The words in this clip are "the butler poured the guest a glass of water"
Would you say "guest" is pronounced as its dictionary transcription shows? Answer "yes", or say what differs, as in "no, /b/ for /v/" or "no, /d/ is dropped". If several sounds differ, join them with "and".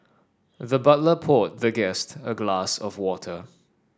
yes